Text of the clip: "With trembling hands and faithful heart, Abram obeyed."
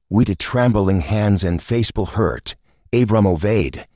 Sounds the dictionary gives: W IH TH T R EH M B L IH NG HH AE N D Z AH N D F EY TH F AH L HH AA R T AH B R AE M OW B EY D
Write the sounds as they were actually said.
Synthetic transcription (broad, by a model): W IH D T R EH M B L IH NG HH AE N D Z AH N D F EY S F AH L HH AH R T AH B R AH M OW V EY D